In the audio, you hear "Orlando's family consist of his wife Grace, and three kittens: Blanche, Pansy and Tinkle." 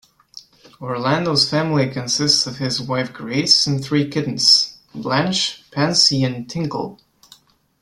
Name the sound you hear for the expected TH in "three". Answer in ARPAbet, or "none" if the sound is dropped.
TH